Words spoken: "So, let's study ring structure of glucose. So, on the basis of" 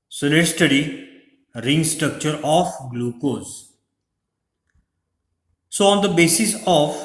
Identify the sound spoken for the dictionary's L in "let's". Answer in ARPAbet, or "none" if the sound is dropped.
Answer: N